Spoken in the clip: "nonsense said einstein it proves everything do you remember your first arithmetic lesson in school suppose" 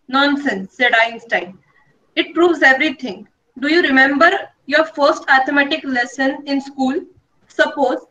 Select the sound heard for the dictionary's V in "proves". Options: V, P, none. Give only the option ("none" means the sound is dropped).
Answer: V